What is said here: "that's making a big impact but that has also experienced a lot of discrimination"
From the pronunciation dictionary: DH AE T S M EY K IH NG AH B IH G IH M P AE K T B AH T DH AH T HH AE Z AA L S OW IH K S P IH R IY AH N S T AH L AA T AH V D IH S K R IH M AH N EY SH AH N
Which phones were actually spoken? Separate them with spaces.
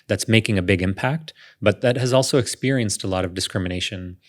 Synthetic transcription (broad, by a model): DH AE T S M EY K IH NG AH B IH G IH M P AE K T B AH T DH AH T HH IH Z AA L S OW IH K S P IH R IY AH N S T AH L AA T AH V D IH S K R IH M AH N EY SH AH N